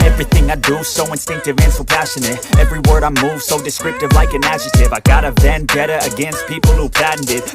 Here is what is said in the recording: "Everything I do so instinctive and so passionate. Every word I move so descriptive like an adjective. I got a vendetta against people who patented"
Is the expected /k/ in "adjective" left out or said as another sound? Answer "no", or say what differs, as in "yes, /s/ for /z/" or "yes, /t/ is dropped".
yes, /k/ is dropped